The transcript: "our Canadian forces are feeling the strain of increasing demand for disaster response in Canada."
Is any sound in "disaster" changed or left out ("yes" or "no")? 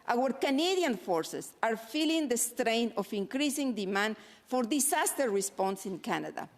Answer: yes